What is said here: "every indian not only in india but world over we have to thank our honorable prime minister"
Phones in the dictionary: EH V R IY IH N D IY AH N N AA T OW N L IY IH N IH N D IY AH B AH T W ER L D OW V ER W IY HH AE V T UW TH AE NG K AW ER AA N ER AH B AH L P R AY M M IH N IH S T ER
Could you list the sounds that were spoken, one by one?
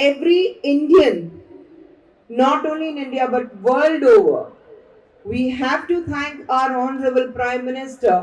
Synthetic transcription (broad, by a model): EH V R IY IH N D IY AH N N AA T OW N L IY IH N IH N D IY AH B AH T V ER L D OW V ER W IY HH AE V T UW T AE NG K AW ER AA N ER AH B AH L P R AY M M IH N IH S T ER